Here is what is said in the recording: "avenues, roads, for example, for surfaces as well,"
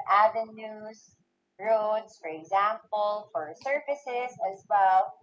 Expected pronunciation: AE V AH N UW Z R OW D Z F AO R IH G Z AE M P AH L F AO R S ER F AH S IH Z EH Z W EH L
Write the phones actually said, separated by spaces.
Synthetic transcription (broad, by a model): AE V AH N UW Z R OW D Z F AO R IH G Z AE M P AH L F AO R S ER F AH S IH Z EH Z W EH L